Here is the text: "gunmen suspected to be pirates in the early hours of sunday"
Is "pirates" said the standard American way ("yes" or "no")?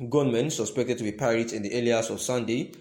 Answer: no